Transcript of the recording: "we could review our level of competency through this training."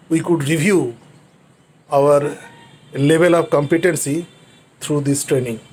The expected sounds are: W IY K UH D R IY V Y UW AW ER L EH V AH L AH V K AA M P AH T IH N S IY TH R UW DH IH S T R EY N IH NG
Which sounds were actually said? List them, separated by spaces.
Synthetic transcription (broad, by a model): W IY K UH D R IY V Y UW AW ER L EH V AH L AH V K AA M P AH T IH N S IY T R UW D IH S T R EY N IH NG